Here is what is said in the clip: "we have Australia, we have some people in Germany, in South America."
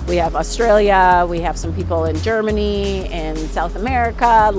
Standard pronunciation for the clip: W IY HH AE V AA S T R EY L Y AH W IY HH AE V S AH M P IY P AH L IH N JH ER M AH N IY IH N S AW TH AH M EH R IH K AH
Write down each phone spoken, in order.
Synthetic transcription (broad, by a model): W IY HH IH V AA S T R EY L Y AH W IY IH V S AH M P IY P L IH N JH ER M AH N IY IH N S AW TH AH M EH R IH K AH